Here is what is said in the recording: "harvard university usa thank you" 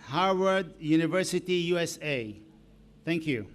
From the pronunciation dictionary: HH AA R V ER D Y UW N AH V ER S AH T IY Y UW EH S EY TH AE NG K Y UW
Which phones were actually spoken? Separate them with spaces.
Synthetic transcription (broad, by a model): HH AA R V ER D Y UW N AH V ER S AH T IY Y UW EH S EY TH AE NG K Y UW